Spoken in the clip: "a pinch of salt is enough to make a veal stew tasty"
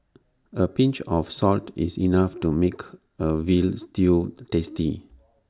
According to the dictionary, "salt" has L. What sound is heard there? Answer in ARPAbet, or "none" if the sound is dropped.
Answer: L